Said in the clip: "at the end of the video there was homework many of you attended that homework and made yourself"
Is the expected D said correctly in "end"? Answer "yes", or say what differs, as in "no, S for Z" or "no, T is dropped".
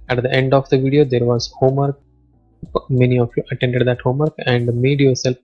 yes